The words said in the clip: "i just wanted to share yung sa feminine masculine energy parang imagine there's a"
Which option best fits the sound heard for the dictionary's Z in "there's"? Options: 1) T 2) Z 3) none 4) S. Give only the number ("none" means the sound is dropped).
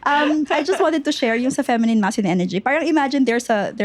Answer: 4